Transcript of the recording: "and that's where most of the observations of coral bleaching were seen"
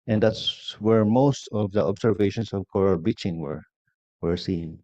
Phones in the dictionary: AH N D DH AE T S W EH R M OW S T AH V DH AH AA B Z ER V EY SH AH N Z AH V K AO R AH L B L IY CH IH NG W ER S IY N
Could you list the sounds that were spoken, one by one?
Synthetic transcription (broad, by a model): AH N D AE T S W EH R M OW S T AH V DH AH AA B S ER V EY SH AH N S AH V K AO R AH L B IY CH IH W W ER S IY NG